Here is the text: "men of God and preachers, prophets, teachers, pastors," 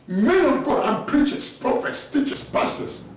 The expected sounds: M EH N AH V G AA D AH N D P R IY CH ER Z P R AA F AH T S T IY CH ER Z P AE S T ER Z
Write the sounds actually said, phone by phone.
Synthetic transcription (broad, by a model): M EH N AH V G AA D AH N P R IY CH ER S P R AA F AH T S T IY CH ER S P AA S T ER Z